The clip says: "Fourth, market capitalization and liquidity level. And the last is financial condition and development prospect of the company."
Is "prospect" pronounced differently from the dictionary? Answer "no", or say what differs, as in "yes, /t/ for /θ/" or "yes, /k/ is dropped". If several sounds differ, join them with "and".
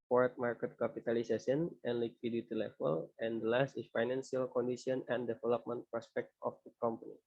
no